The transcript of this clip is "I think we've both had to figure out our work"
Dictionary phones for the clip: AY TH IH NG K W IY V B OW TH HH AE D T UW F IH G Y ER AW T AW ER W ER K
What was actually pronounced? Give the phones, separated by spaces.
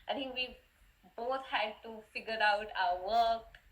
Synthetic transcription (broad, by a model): AY T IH NG K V IY B OW T HH AE D T UW F IH G Y ER AW T AW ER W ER K